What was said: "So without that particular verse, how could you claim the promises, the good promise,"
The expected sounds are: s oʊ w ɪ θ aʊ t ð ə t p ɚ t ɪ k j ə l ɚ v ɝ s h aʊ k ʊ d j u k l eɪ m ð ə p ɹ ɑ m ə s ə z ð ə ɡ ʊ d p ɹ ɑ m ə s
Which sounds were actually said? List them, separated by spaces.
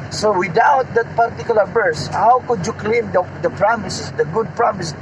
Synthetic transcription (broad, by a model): s oʊ w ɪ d aʊ t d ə t p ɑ t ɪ k j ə l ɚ b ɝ s h aʊ k ʊ d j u k l eɪ m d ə p ɹ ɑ m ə s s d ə ɡ ʊ d p ɹ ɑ m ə s